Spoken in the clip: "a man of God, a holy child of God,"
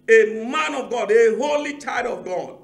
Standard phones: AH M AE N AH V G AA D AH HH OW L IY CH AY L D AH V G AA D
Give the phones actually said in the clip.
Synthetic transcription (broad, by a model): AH M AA N AH V G AA D AH HH OW L IY CH AY D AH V G AA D